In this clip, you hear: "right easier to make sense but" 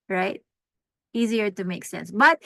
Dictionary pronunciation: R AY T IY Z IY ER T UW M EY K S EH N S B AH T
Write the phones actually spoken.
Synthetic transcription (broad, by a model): R AY T IY Z IY ER T UW M EY K S EH N S B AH T